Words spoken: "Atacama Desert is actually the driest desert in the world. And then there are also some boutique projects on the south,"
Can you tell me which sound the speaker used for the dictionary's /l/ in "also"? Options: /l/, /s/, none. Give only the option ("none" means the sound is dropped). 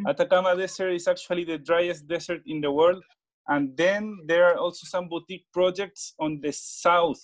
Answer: /l/